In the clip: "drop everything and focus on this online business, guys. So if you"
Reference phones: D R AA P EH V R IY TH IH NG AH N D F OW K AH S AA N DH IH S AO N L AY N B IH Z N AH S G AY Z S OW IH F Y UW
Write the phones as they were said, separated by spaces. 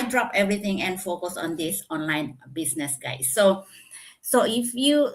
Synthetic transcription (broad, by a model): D R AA P EH V R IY T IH NG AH N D F OW K AH S AA N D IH S AO N L AY N B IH S N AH S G AY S S OW IH F Y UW